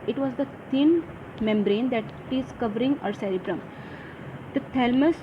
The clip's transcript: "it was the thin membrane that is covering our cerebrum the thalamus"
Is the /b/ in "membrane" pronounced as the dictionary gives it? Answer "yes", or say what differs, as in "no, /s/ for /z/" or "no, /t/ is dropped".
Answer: yes